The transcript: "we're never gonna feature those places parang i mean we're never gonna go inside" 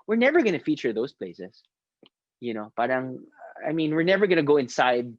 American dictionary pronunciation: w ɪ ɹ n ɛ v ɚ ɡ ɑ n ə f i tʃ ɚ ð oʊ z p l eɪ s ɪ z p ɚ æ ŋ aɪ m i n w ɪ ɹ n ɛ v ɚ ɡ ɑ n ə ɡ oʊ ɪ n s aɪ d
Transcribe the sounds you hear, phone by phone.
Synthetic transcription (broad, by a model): w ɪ ɹ n ɛ v ɚ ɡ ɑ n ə f i tʃ ɚ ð oʊ s p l eɪ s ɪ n p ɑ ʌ ŋ aɪ m i n w ɪ ɹ n ɛ v ɚ ɡ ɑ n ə ɡ oʊ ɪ n s aɪ d